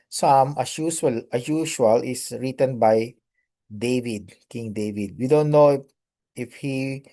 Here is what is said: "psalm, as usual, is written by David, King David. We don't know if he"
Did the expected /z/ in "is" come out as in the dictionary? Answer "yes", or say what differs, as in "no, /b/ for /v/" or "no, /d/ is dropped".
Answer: no, /s/ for /z/